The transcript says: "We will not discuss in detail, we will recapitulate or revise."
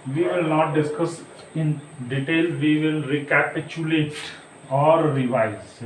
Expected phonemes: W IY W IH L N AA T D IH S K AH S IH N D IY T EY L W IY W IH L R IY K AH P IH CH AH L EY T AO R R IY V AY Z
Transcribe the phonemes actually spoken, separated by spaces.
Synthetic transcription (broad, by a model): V IY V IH L N AA T D IH S K AH S IH N D IY T EY L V IY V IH L R IY K AH P IH CH AH L EY T AO R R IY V AY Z